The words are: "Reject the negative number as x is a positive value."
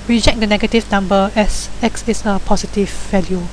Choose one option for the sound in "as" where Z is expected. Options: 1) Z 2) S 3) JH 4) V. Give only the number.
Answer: 2